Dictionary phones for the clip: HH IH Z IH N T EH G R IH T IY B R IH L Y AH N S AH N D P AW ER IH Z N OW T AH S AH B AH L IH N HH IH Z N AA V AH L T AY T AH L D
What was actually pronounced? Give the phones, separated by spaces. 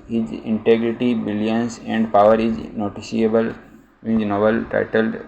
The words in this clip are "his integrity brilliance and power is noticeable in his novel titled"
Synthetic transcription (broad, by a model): HH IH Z IH N T EH G R IH T IY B IH L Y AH N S AH N D P AW ER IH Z N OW T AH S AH AH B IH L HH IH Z N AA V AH L T AY T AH L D